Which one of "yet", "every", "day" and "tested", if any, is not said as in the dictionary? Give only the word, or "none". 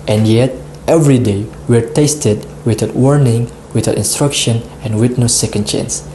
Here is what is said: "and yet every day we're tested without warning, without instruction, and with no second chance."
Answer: none